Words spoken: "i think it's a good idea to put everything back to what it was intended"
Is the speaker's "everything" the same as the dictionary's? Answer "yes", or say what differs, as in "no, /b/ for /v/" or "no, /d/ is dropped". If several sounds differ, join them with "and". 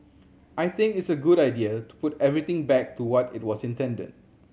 no, /t/ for /θ/